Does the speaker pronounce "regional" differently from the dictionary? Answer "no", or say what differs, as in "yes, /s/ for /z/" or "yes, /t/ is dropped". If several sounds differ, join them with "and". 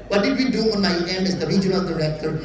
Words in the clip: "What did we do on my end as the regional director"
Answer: yes, /n/ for /l/